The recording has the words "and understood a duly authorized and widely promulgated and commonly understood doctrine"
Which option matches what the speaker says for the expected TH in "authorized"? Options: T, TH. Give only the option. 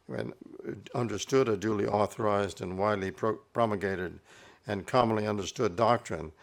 TH